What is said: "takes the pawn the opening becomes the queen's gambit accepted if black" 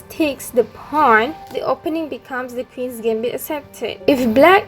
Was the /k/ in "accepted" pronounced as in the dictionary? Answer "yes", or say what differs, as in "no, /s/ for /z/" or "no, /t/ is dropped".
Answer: no, /k/ is dropped